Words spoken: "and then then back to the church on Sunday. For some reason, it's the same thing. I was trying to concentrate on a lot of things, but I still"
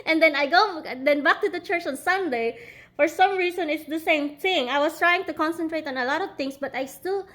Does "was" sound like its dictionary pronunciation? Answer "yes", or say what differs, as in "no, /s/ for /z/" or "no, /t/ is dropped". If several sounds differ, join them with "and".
no, /s/ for /z/